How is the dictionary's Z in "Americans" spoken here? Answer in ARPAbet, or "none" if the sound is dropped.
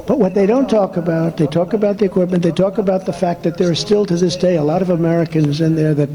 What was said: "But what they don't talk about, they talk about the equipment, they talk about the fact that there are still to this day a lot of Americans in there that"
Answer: Z